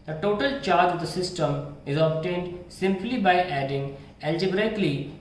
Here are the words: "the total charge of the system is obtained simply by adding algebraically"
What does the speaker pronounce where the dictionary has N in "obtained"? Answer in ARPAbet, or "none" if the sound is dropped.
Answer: N